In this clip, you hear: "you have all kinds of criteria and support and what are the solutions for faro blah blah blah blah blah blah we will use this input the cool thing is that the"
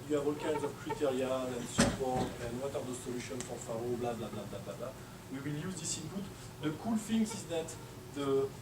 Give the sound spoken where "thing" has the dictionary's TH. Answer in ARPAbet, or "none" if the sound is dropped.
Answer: F